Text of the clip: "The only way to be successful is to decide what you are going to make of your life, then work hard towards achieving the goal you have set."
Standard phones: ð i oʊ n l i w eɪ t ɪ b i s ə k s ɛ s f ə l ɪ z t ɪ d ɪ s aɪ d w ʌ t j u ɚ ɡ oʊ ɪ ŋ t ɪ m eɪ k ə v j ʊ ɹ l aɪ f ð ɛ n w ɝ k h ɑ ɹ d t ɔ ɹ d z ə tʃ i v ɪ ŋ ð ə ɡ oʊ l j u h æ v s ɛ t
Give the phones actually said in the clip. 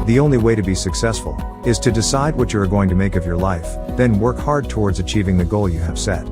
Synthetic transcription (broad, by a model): ð i oʊ n l i w eɪ t ɪ b i s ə k s ɛ s f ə l ɪ z t ɪ d ɪ s aɪ d w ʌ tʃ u ɚ ɡ oʊ ɪ ŋ t ɪ m eɪ k ə v j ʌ ɹ l aɪ f ð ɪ n w ɝ k h ɑ ɹ d t ɔ ɹ d z ə tʃ i v ɪ ŋ ð ə ɡ oʊ l j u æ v s ɛ t